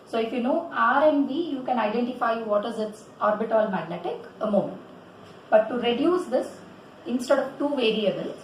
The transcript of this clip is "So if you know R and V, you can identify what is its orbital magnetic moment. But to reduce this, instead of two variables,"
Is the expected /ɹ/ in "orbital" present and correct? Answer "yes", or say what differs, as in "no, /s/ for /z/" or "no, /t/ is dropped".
yes